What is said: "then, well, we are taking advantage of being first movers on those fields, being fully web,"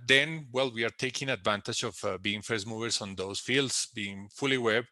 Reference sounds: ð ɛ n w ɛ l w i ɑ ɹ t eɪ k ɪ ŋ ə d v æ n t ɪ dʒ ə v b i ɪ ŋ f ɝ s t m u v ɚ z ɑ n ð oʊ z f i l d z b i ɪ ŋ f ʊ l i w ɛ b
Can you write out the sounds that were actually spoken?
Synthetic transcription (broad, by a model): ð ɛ n w ɛ l w i ɑ ɹ t eɪ k ɪ ŋ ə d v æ n t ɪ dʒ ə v b i ɪ ŋ f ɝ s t m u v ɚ s ɑ n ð oʊ s f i l d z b i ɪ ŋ f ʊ l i w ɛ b